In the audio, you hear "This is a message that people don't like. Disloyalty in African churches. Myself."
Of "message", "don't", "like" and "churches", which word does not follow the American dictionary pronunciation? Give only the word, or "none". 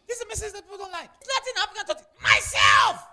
churches